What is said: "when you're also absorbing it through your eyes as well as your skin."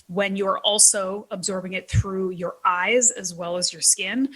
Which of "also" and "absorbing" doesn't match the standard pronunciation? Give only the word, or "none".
none